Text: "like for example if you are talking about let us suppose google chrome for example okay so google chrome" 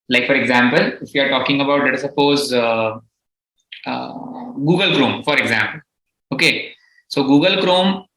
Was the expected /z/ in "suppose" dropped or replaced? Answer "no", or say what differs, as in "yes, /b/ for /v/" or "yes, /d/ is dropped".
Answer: no